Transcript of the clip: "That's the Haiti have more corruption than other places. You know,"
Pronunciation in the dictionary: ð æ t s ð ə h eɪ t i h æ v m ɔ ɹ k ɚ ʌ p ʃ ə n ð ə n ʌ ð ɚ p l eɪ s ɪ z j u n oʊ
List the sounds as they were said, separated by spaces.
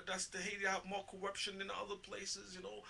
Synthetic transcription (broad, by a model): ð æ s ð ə h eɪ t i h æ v m ɔ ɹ k ɚ ʌ p ʃ ə n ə n ʌ ð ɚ p l eɪ s ɪ z j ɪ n oʊ